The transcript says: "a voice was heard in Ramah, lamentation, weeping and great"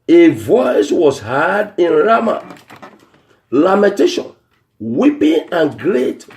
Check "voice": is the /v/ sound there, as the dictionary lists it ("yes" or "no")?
yes